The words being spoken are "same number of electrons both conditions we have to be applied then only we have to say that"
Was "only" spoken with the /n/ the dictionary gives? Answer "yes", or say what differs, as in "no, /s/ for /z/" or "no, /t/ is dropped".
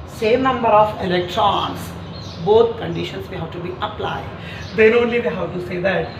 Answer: yes